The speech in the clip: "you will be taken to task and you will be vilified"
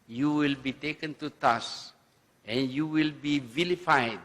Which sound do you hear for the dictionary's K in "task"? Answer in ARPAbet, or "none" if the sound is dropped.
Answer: none